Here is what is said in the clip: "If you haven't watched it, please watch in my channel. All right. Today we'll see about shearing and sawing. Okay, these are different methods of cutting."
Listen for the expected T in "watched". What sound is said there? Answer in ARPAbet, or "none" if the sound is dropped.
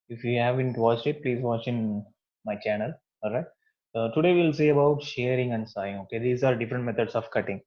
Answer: none